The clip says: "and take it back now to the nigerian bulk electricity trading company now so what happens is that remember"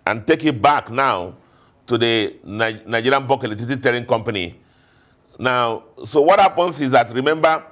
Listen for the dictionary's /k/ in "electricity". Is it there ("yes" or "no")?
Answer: no